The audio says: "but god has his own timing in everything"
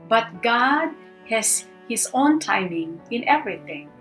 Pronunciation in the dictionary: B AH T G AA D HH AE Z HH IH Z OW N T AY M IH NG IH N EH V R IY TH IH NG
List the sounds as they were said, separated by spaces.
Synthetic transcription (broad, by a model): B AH T G AA D HH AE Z HH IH S OW N T AY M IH NG IH N EH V R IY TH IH NG